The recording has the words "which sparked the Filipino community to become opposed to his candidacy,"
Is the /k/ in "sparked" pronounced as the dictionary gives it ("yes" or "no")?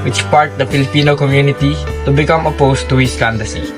no